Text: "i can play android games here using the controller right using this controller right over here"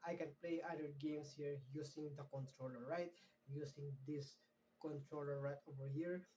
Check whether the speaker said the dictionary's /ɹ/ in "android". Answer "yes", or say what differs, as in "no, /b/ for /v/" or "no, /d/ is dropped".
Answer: no, /ɹ/ is dropped